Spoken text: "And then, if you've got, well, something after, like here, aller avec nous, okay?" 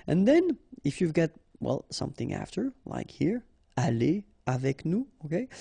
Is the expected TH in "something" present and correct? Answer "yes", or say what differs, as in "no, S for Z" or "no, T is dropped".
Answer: yes